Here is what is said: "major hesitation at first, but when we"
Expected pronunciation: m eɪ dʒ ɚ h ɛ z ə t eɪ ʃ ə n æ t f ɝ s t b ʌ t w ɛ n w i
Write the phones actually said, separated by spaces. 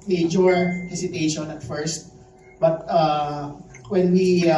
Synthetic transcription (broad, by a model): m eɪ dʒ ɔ h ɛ s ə t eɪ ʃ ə n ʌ t f ɝ s t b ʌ t w ɛ n w i